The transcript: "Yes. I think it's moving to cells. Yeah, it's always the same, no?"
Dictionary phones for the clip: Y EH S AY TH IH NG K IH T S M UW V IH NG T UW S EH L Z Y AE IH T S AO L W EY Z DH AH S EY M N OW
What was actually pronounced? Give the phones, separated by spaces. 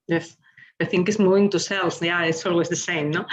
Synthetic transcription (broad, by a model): Y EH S AY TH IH NG K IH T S M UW IH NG T UW S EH L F Y AE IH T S AO L W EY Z DH AH S EY M N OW